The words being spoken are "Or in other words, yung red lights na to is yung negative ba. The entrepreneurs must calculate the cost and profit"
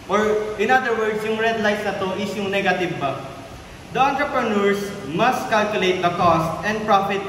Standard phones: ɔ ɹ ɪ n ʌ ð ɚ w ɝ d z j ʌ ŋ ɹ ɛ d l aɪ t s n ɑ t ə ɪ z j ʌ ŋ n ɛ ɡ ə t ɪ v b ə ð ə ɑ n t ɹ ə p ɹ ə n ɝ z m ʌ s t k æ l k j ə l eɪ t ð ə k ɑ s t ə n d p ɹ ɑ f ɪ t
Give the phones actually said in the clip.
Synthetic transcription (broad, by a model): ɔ ɹ ɪ n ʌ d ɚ w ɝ d s j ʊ ŋ ɹ ɛ d l aɪ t s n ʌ t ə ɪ s j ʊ ŋ n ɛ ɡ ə t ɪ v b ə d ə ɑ n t ɹ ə p ɹ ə n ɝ s m ʌ s t k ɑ l k j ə l eɪ t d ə k ɑ s t ə n d p ɹ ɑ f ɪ t